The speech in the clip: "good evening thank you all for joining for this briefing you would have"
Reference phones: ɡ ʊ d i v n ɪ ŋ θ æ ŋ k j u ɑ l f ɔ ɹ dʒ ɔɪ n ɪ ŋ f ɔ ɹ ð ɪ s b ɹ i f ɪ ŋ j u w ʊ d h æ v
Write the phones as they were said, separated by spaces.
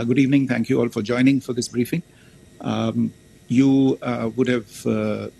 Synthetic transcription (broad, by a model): ɡ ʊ d i v n ɪ ŋ t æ ŋ k j u ɑ l f ɔ ɹ dʒ ɔɪ n ɪ ŋ f ɔ ɹ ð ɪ s b ɹ i f ɪ ŋ j u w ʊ d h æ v